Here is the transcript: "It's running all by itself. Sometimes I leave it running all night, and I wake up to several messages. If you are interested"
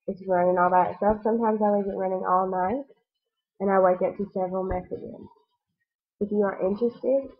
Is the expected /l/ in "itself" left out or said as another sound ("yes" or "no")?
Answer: yes